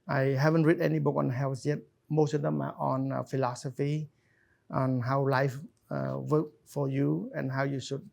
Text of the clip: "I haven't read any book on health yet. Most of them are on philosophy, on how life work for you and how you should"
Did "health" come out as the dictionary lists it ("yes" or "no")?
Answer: no